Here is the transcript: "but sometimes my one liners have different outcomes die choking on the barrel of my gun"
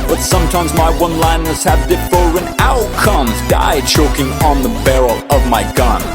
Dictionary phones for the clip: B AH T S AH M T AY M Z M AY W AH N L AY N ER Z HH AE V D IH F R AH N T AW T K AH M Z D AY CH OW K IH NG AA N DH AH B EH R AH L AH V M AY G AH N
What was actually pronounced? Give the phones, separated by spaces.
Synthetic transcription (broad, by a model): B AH T S AH M T AY M Z M AY W AH N L AY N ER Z HH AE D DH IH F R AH N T AW T K AH M Z D AY CH OW K IH NG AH N DH AH B EH R L AH V M AY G AH N